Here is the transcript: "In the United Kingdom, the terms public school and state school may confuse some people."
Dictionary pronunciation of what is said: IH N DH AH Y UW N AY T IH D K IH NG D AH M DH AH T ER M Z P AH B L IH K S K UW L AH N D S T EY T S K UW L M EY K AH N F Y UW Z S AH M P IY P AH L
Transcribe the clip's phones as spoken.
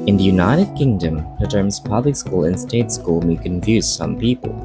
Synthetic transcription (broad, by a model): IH N DH AH Y UW N AY T IH D K IH NG D AH M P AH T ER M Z P AH B L IH K S K UW L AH N S T EY T S K UW L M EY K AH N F Y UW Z S AH M P IY P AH L